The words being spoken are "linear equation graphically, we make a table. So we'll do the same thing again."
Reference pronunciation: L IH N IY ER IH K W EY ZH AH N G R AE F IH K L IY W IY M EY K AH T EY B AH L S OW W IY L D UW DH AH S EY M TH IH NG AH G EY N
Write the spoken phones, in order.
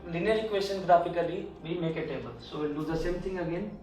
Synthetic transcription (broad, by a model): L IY N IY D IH K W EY S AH N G R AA P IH K L IY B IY M EY K AH T EY B AH L S OW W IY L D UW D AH S EY M T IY NG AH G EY N